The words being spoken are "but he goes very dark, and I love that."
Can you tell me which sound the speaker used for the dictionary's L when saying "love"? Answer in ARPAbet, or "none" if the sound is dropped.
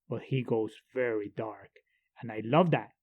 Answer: L